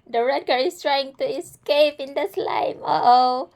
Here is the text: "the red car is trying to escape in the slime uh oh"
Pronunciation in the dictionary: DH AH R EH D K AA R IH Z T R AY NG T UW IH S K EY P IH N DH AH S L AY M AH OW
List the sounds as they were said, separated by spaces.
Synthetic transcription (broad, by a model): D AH R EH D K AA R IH S T R AY NG T UW IH S K EY P IH N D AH S L AY M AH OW